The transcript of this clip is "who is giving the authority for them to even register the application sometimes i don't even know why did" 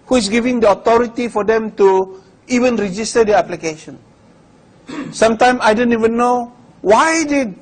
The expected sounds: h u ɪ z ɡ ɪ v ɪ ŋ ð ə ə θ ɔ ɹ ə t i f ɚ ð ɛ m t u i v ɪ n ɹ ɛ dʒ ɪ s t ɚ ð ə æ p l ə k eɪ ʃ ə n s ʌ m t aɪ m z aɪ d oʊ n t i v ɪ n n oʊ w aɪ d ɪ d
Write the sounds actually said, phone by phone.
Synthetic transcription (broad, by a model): h u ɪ s ɡ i v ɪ ŋ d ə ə t ɔ ɹ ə t i f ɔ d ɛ m t u i v ɪ n ɹ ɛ dʒ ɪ s t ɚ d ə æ p l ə k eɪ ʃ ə n s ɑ m t aɪ m aɪ d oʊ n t i v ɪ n n oʊ w aɪ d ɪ